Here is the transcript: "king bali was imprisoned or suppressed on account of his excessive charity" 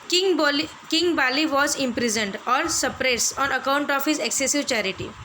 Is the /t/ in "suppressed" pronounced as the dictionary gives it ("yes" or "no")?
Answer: no